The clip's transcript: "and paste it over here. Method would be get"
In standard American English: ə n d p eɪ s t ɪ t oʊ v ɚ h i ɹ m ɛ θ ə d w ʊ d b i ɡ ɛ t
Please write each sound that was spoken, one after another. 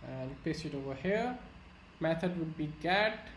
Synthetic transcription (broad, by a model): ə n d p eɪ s ɪ t oʊ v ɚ h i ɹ m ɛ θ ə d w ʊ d b i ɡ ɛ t